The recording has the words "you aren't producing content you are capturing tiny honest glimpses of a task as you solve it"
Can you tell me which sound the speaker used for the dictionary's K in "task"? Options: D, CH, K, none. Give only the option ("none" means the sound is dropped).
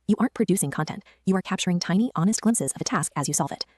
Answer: K